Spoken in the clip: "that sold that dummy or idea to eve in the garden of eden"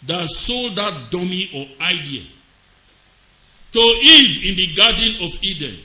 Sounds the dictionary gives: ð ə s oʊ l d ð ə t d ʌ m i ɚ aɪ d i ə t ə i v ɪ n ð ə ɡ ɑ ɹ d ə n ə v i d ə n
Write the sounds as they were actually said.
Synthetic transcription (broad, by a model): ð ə s oʊ l d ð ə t d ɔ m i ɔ aɪ d i ə t ə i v ɪ n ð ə ɡ ɑ d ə n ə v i d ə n